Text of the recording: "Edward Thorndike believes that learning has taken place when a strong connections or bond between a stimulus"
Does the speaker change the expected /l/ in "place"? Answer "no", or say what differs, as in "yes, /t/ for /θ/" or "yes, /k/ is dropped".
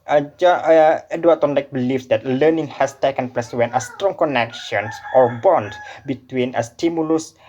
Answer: yes, /l/ is dropped